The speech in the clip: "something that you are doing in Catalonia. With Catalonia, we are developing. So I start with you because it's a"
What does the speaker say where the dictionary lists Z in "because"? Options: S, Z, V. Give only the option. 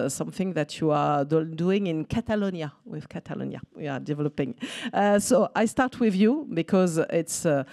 Z